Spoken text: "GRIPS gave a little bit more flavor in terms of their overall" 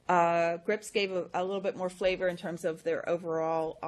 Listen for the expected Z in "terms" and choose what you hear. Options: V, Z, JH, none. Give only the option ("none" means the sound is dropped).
Z